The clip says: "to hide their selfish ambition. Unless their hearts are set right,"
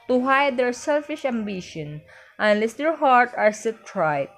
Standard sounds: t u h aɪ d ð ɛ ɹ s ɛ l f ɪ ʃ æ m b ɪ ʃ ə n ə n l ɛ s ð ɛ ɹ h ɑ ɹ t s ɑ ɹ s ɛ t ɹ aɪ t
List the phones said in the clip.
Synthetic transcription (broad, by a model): t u h aɪ d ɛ ɹ s ɛ l f ɪ ʃ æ m b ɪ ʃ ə n ə n l ɛ s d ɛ ɹ h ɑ ɹ t ɑ ɹ s ɛ t ɹ aɪ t